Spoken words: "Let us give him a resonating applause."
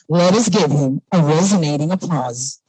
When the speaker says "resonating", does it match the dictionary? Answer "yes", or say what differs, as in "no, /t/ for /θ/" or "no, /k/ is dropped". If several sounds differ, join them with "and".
yes